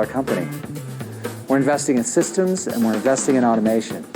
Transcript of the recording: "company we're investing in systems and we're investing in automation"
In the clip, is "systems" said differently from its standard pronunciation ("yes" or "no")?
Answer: no